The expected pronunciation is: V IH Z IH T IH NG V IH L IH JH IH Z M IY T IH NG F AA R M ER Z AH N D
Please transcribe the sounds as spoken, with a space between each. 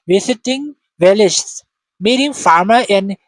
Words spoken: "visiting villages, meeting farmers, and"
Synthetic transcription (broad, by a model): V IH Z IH T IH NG V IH L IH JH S M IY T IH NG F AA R M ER AH N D